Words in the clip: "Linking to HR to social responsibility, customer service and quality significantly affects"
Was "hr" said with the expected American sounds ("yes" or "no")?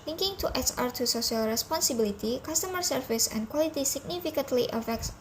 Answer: yes